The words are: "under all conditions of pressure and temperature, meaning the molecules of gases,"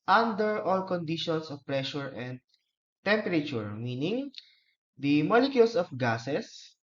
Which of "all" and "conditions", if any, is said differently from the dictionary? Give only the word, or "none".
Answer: conditions